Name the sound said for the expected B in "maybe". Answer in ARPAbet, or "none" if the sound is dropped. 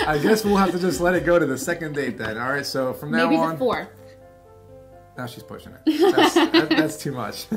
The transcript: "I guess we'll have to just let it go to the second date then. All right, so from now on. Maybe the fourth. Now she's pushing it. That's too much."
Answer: none